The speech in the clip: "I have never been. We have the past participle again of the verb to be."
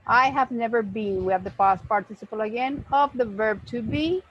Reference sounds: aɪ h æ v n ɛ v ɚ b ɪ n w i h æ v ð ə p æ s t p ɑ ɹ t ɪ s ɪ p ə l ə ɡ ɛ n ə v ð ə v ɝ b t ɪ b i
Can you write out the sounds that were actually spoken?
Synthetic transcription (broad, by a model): aɪ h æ v n ɛ v ɚ b ɪ n w i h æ v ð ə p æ s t p ɑ ɹ t ɪ s ɪ p ə l ə ɡ ɛ n ə v ð ə v ɝ b t ɪ b i